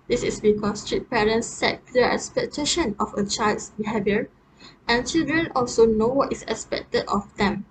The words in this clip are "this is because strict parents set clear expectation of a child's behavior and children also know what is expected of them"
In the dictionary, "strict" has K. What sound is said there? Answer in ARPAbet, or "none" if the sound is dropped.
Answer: none